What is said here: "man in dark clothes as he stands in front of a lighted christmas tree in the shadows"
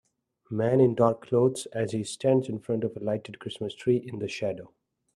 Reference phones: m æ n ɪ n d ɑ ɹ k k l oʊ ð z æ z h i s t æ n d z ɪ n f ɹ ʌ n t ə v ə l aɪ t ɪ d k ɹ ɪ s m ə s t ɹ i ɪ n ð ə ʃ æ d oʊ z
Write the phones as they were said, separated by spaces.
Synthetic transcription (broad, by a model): m æ n ɪ n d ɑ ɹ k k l oʊ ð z æ z h i s t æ n d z ɪ n f ɹ ʌ n t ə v ə l aɪ t ɪ d k ɹ ɪ s m ə s t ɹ i ɪ n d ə ʃ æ d oʊ